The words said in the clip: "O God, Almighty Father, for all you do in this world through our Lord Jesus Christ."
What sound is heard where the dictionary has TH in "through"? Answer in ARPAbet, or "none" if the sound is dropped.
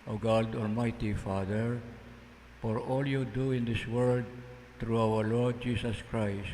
T